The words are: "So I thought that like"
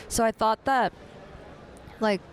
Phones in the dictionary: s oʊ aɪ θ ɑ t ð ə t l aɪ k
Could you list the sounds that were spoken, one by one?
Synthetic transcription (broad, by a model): s oʊ aɪ θ ɑ t ð ə t l aɪ k